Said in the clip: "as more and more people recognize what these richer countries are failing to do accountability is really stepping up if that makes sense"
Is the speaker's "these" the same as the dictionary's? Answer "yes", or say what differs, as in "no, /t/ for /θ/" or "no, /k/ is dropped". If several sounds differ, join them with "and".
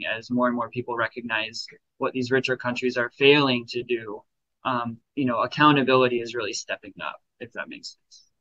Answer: yes